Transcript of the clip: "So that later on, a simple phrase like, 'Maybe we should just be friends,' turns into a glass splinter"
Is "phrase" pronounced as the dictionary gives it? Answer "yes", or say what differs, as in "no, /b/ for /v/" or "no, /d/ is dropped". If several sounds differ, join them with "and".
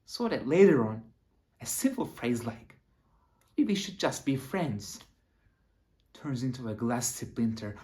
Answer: yes